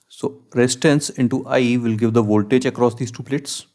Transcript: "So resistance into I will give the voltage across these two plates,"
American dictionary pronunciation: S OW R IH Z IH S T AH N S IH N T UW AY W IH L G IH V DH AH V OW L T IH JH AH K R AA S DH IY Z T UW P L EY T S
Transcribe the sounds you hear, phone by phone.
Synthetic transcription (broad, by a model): S OW R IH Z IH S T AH N S IH N T UW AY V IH L G IH V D AH V OW L T IH JH AH K R AA S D IY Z T UW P L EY T S